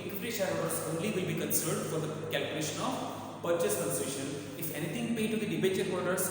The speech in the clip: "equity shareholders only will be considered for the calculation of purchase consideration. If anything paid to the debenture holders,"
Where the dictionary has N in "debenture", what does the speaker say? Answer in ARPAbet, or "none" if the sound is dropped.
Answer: none